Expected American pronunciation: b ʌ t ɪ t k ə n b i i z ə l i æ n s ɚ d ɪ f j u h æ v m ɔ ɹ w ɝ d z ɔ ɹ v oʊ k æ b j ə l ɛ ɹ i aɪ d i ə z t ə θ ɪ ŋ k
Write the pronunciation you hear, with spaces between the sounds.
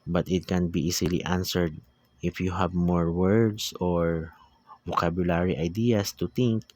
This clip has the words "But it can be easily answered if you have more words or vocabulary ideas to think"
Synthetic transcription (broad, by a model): b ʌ t ɪ t k ə n b i i s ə l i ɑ n s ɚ d ɪ f j u h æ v m ɔ ɹ w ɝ d s ɔ ɹ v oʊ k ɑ b j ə l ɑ ɹ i aɪ d i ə s t ə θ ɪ ŋ k